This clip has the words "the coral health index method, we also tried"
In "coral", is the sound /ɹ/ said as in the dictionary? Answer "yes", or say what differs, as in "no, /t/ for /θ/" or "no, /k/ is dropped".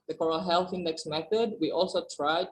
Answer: yes